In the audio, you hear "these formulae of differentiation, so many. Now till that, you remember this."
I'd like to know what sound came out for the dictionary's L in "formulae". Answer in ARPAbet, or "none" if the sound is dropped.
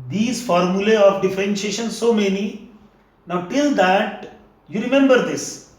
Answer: L